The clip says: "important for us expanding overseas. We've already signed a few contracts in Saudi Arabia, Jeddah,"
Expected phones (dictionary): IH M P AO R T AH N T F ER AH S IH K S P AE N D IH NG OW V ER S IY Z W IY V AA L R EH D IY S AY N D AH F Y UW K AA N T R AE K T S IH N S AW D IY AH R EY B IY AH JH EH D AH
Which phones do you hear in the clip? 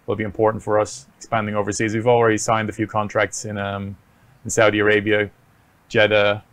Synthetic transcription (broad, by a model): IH M P AO R T N T F ER AH S IH K S P AE N D IH NG OW V ER S IY Z W IY V AA L R EH D IY S AY N D AH F Y UW K AA N T R AE K T S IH N S AW D IY AH R EY B IY AH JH EH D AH